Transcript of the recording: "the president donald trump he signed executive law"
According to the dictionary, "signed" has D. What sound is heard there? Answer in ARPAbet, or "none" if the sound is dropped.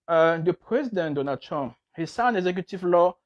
none